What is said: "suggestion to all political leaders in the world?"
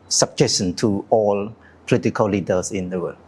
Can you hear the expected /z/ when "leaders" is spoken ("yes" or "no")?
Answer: no